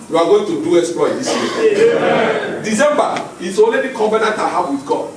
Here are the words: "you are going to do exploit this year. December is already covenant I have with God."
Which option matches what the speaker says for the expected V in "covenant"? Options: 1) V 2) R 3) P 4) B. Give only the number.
4